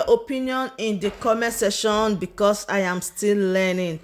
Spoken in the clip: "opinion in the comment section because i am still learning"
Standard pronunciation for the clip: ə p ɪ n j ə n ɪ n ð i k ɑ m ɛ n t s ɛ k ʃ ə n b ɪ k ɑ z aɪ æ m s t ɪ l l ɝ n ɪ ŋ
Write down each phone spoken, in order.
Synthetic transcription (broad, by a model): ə p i n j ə n ɪ n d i k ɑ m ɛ s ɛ ʃ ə n b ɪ k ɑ s aɪ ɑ m s t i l l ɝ n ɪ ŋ